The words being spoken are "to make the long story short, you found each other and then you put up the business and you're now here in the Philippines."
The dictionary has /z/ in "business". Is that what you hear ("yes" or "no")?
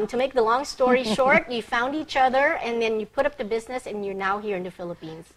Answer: yes